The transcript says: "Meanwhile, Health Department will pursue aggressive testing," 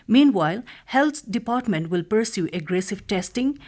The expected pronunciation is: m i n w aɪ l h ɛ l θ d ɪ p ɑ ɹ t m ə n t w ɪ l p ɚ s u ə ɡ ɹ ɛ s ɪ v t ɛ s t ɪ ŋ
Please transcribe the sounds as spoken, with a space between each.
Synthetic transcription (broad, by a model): m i n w aɪ l h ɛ l t d ɪ p ɑ ɹ t m ə n t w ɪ l p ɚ s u ə ɡ ɹ ɛ s ɪ v t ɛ s t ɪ ŋ